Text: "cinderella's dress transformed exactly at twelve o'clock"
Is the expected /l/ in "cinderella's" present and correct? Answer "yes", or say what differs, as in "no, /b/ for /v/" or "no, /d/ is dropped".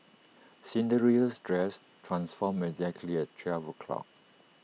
no, /l/ is dropped